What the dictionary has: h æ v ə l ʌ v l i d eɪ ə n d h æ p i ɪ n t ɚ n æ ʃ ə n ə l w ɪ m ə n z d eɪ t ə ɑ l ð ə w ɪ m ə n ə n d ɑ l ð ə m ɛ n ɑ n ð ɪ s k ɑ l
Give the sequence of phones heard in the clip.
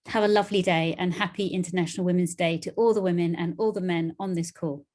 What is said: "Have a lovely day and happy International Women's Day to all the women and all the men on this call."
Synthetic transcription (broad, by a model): h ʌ v ə l ʌ v l i d eɪ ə n h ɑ p i ɪ n t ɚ n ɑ ʃ ə n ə l w ɪ m ə n z d eɪ t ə ɑ l ð ə w ɪ m ə n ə n ɑ l ð ə m ɛ n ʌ n ð ɪ s k ɑ l